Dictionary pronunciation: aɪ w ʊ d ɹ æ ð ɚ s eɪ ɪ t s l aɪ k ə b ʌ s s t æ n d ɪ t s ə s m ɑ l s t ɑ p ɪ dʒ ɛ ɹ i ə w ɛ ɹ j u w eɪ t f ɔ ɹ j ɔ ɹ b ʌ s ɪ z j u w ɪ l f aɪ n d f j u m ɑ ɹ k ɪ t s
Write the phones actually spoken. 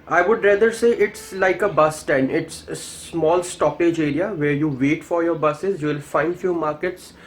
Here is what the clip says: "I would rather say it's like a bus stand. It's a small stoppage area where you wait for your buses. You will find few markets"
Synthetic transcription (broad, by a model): aɪ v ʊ d ɹ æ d ɚ s eɪ ɪ t s l aɪ k ə b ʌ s s t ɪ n ɪ t s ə s m ɑ l s t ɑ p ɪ dʒ ɛ ɹ i ə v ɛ ɹ j u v eɪ t f ɔ ɹ j ɔ ɹ b ʌ s ɪ z j u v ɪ l f aɪ n d f j u m ɑ ɹ k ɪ t s